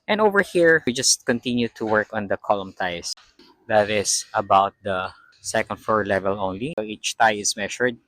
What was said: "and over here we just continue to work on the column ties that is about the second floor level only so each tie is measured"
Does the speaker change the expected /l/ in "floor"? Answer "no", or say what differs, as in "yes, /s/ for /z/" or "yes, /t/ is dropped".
yes, /l/ is dropped